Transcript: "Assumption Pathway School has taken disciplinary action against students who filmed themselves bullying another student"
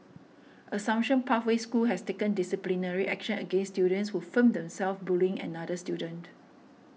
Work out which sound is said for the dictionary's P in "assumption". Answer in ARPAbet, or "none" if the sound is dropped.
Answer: none